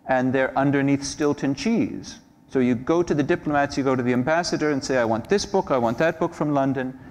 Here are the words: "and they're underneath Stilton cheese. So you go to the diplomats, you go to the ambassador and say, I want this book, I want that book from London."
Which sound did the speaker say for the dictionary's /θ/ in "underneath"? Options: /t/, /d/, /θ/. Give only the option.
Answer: /θ/